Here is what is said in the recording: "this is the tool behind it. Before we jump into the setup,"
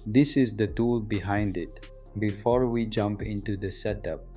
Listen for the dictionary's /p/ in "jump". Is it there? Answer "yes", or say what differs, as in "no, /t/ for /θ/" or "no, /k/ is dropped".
yes